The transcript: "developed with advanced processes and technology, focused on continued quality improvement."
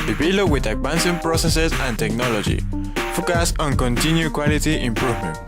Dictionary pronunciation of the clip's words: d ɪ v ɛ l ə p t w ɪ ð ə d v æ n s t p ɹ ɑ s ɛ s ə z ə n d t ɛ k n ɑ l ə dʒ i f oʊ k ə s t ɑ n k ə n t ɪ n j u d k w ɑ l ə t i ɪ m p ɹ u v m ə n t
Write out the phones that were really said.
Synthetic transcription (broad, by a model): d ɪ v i l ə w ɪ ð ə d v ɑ n s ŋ p ɹ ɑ s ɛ s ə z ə n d t ɛ k n ɑ l ə dʒ i f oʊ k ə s ɑ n k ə n t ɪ n j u k w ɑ l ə t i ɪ m p ɹ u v m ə n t